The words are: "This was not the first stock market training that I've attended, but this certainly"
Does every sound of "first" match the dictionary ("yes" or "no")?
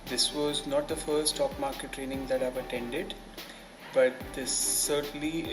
no